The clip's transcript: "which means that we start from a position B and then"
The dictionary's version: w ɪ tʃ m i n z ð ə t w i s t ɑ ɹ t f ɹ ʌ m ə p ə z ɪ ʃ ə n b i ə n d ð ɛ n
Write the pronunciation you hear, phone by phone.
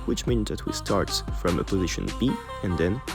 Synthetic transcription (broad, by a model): w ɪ tʃ m i n z ð ə t w i s t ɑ ɹ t f ɹ ʌ m ə p ə z ɪ ʃ ə n b i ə n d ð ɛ n